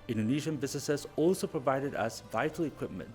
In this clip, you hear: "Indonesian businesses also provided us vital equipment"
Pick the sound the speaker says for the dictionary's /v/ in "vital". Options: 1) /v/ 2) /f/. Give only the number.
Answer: 1